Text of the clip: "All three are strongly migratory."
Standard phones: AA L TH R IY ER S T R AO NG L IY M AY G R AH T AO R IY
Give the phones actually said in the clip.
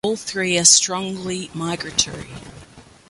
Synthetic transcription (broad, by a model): L TH R IY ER S T R AO NG L IY M AY G R AH T AO R IY